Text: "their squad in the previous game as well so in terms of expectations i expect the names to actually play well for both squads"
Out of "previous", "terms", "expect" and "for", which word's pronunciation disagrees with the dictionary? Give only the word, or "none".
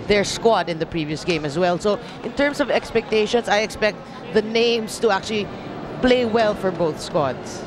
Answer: terms